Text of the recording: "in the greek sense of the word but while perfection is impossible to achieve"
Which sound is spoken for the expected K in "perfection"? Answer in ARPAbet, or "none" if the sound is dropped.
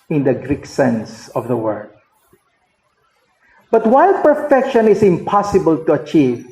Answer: K